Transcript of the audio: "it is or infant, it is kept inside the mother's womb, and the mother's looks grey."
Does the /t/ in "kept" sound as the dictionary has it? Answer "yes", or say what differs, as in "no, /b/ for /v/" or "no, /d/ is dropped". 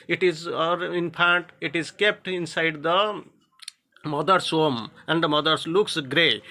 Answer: yes